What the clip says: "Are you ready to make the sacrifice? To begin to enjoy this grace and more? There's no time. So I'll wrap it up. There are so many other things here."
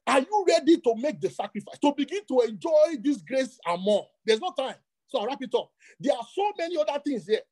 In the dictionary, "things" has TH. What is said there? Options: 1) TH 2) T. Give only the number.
2